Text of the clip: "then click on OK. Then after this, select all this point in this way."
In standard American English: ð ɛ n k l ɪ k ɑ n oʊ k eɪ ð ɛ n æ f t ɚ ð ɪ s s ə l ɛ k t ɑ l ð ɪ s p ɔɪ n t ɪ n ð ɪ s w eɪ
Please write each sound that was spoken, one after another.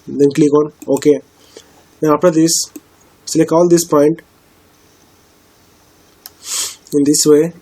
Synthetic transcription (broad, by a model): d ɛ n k l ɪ k ɑ n oʊ k eɪ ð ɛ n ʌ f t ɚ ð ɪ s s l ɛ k ɑ l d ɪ s p ɔɪ n t ɪ n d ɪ s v eɪ